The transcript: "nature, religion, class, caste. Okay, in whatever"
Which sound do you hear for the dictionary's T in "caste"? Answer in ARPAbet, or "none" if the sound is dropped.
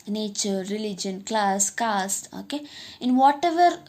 none